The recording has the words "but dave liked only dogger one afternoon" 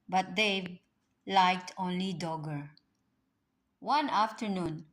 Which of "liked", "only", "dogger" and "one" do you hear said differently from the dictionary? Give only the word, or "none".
none